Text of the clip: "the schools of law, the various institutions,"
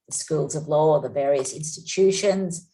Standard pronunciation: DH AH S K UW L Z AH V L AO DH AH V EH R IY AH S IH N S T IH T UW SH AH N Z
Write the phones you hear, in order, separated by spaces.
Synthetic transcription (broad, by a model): DH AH S K UW L Z AH V L AO DH AH V EH R IY AH S IH N S T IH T UW SH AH N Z